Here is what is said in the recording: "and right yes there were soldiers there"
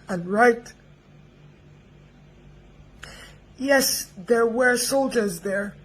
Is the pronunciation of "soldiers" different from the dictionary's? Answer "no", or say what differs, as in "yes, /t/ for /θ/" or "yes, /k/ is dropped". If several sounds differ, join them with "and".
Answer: no